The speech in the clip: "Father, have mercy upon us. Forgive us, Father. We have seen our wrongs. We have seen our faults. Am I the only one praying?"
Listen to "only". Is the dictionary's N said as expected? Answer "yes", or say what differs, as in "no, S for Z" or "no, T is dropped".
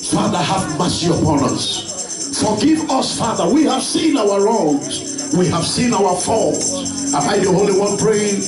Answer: no, N is dropped